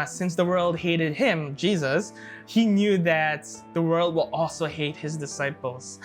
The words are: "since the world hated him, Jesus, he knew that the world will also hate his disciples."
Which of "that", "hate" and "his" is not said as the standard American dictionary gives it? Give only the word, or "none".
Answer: none